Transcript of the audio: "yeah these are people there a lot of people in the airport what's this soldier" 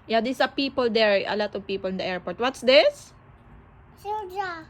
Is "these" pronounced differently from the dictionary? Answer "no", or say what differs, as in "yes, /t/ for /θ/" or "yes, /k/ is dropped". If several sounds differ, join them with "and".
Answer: yes, /s/ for /z/